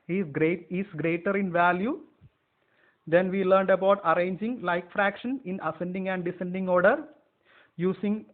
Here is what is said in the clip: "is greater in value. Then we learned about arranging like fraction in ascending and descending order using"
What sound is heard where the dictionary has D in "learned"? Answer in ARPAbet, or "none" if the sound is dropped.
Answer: D